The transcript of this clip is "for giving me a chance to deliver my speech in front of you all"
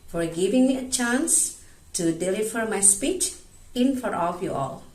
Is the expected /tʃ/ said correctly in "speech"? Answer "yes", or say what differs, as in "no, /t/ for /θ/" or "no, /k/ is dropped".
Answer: yes